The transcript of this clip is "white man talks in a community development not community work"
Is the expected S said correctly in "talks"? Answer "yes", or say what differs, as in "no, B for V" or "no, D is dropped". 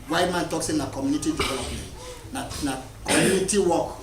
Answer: yes